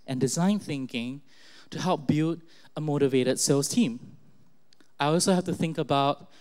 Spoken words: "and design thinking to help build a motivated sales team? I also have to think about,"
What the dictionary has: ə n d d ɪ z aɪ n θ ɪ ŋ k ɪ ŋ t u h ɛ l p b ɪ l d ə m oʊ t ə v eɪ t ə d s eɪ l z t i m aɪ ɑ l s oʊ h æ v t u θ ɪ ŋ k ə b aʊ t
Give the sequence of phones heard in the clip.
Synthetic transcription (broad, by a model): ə n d d ɪ z aɪ n θ ɪ ŋ k ɪ ŋ t u h ɛ l p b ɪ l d ə m oʊ t ə v eɪ t ə d s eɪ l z t i m aɪ ɑ l s oʊ h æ f t u θ ɪ ŋ k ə b aʊ t